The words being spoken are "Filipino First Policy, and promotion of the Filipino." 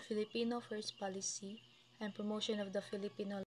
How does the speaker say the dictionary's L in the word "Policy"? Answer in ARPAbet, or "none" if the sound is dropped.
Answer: L